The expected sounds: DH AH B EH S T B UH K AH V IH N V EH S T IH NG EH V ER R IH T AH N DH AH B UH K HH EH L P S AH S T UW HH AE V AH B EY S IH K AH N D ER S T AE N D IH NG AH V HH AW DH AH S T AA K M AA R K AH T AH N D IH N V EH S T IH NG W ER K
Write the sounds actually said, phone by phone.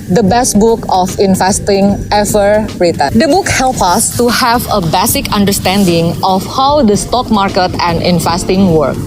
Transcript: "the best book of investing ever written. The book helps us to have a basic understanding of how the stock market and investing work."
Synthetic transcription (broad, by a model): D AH B EH S T B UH K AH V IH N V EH S T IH NG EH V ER R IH T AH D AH B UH K HH EH L P AH S T UW HH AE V AH B EY S IH K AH N D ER S T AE N D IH NG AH F HH AW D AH S T AA K M AA R K AH T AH N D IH N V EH S T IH NG W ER K